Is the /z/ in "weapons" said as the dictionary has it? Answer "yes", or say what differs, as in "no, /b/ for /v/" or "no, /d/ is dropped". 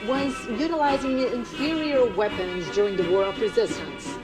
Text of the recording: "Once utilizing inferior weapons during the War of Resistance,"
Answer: yes